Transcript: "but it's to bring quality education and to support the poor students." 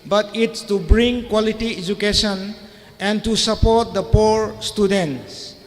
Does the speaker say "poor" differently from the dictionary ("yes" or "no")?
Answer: no